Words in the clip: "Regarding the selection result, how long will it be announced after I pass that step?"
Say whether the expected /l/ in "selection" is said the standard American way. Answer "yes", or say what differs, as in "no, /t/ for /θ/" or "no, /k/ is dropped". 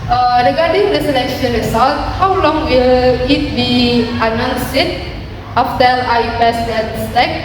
no, /n/ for /l/